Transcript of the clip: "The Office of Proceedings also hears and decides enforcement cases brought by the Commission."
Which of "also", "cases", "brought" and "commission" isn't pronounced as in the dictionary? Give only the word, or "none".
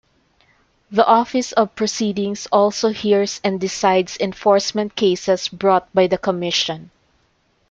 cases